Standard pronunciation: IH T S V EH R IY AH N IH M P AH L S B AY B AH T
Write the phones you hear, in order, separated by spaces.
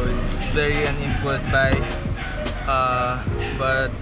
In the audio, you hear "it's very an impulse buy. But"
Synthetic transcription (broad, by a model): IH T S V EH R IY AH N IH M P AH S B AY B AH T